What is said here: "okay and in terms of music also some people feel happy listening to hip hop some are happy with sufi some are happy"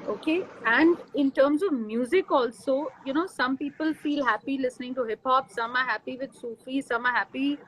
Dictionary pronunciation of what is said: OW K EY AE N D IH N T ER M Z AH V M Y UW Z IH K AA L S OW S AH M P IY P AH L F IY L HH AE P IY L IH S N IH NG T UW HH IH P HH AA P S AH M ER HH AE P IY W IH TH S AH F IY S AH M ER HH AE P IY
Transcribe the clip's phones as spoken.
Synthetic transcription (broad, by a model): OW K EY AE N D IH N T ER M Z AH V M Y UW Z IH K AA L S OW S AH M P IY P AH L F IY L HH AE P IY L IH S N IH NG T UW HH IH P HH AA P S AH M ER HH AE P IY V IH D S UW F IY S AH M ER HH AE P IY